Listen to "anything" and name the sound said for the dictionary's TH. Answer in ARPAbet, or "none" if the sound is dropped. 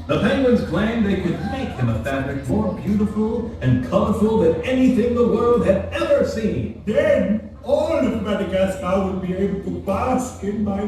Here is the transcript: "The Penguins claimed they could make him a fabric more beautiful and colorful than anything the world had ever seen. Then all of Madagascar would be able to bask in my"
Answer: TH